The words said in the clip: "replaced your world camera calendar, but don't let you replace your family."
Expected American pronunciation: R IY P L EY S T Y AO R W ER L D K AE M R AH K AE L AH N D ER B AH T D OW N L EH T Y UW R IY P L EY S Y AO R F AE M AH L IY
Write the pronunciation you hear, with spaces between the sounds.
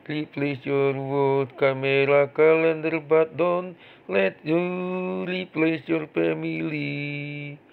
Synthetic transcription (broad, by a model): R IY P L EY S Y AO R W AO D K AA M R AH K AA L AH N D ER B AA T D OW N L EH T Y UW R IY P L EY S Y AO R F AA M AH L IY